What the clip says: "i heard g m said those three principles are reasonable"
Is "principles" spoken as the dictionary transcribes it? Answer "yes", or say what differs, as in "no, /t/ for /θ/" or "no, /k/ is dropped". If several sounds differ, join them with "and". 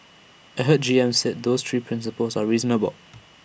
yes